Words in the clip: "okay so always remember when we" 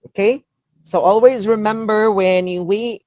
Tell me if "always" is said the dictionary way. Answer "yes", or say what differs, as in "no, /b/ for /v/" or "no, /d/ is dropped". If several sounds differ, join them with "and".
yes